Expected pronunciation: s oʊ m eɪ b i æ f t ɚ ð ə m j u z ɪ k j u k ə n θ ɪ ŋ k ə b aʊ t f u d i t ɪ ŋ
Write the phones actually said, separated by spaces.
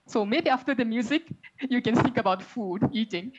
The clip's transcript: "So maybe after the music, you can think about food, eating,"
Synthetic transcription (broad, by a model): s oʊ m eɪ b i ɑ f t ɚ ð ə m j u z ɪ k j u k ə n s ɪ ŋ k ə b aʊ t f u d i t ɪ ŋ